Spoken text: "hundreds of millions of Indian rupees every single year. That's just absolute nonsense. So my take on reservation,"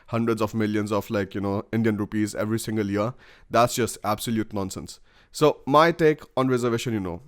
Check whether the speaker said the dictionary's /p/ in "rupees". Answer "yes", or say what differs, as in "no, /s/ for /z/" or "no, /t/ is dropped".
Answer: yes